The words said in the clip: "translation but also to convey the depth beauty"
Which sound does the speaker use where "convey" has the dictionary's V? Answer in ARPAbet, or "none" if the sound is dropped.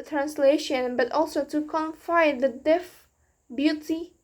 F